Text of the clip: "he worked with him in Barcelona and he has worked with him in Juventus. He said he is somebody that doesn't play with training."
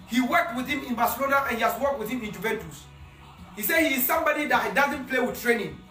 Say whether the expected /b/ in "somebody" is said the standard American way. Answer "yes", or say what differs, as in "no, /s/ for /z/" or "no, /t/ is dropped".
yes